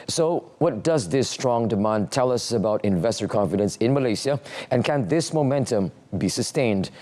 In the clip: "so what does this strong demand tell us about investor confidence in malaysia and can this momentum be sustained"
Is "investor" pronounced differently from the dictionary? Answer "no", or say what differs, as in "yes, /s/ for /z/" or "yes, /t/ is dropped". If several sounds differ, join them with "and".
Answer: no